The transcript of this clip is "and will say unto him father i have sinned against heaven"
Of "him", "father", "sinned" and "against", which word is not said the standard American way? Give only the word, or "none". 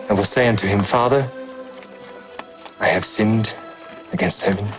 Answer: none